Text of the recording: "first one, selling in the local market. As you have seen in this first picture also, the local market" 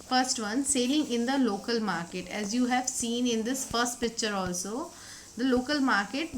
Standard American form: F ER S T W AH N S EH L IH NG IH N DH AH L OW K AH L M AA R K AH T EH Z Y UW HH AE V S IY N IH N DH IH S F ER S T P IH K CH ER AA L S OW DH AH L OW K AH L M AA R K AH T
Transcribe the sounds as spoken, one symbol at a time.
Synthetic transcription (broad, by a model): F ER S T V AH N S EH L IH NG IH N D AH L OW K AH L M AA R K AH T EH Z Y UW HH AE V S IY N IH N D IH S F ER S T P IH K CH ER AA L S OW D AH L OW K AH L M AA R K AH T